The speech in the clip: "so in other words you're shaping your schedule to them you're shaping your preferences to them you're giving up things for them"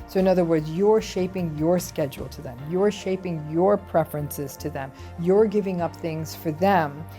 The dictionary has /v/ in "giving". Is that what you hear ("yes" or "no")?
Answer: yes